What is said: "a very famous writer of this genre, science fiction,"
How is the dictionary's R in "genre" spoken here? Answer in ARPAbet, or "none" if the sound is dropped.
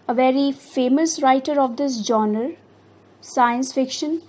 none